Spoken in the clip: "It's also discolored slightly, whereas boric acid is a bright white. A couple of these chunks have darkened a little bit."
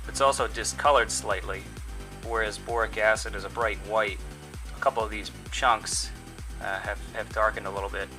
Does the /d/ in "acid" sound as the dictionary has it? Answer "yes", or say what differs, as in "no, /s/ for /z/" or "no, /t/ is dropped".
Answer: yes